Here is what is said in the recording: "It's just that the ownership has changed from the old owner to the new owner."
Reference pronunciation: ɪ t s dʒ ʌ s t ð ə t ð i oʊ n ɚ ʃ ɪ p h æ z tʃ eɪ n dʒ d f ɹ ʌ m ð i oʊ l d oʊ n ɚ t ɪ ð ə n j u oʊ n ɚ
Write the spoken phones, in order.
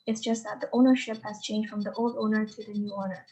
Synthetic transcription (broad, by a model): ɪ t s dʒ ʌ s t ð ə t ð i oʊ n ɚ ʃ ɪ p h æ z tʃ eɪ n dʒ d f ɹ ʌ m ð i oʊ l d oʊ n ɚ t ɪ ð ə n j u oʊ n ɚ